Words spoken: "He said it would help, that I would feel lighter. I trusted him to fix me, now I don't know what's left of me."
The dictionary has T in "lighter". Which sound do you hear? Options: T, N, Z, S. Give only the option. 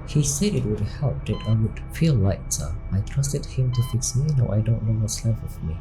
S